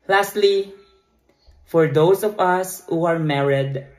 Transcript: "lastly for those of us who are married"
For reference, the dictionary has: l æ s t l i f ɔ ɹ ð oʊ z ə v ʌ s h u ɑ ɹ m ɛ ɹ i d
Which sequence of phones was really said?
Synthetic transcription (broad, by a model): l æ s t l i f ɔ ɹ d oʊ s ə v ʌ s h u ɑ ɹ m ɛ ɹ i d